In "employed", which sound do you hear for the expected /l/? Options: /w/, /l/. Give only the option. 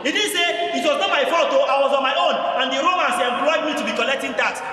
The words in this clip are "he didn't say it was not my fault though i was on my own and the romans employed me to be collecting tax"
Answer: /w/